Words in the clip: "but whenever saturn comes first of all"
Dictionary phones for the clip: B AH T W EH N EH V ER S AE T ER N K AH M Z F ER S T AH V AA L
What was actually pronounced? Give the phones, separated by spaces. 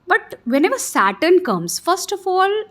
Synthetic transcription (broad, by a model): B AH T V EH N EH V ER S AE T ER N K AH M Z F ER S T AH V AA L